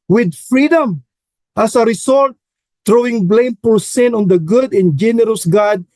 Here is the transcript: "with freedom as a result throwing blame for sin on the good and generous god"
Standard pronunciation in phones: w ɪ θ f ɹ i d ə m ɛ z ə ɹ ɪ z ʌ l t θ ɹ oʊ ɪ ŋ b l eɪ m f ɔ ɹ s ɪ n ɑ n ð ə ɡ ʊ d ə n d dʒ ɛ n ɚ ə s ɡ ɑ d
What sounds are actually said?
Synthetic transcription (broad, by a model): w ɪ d f ɹ i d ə m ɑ s ə ɹ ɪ s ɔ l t t ɹ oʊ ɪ ŋ b l eɪ m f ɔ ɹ s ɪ n ɑ n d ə ɡ ʊ d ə n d dʒ ɛ n ɚ ə s ɡ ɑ d